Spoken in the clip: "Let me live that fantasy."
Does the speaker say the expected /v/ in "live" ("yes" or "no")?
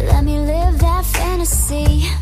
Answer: yes